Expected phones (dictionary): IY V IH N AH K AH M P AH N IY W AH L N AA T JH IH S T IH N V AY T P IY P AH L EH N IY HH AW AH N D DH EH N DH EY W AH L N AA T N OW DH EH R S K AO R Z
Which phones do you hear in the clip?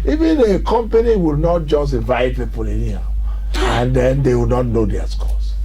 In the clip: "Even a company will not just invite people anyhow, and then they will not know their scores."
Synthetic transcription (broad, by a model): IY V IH N AH K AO M P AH N IY W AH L N AA T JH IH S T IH V AY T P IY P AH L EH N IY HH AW AH N D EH N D EY W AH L N AA T N OW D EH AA S K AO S